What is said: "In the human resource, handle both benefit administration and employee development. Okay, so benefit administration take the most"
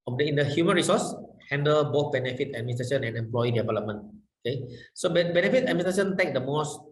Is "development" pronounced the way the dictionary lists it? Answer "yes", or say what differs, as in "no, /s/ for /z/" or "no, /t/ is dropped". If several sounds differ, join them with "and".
yes